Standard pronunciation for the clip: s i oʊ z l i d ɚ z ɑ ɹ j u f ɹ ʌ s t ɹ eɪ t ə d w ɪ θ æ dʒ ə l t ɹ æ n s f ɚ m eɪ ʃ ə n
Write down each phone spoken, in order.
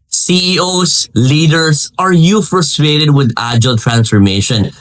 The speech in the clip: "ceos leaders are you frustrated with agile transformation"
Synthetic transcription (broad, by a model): s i oʊ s l i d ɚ s ɑ ɹ j u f ɹ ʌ s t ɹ eɪ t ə d w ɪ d æ dʒ ə l t ɹ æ n s f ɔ m eɪ ʃ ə n